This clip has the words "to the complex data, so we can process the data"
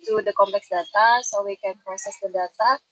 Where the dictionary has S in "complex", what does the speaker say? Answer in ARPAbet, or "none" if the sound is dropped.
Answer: S